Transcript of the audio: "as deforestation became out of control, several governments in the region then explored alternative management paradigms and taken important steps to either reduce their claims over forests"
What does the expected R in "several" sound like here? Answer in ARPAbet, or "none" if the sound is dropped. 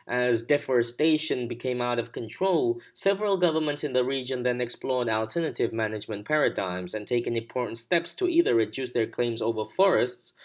R